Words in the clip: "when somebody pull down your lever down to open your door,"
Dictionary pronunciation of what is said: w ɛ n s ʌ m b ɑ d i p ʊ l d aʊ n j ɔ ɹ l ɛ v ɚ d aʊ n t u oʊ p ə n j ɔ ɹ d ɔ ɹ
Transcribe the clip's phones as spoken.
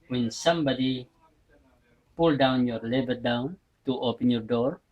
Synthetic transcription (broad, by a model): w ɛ n s ʌ m b ɑ d i p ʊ l d aʊ n j ɔ ɹ l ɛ b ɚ d aʊ n t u oʊ p ə n j ɔ ɹ d ɔ ɹ